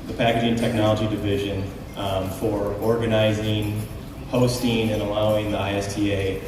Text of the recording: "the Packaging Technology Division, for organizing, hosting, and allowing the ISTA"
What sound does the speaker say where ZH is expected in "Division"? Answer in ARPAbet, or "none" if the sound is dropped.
ZH